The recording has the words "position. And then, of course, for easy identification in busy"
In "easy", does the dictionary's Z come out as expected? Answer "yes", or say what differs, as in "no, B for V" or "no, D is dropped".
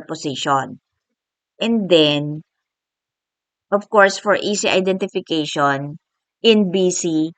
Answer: no, S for Z